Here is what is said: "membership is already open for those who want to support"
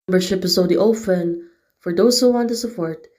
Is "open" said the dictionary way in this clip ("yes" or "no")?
no